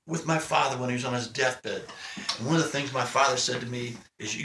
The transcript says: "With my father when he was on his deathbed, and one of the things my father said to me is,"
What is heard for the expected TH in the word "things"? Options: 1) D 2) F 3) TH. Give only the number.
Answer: 3